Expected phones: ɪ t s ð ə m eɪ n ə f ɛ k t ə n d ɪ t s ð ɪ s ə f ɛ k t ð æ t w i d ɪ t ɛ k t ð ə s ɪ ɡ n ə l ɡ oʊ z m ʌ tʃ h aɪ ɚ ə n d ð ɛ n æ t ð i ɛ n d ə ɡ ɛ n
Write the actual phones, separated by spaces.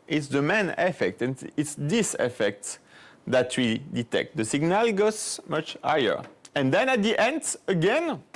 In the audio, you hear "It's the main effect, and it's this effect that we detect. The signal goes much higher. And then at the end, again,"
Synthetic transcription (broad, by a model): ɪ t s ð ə m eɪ n ə f ɛ k t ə n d ɪ t s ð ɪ s ə f ɛ k t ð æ t w i d ɪ t ɛ k t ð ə s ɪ ɡ n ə l ɡ oʊ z m ʌ tʃ h aɪ ɚ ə n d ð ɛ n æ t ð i ɛ n d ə ɡ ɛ n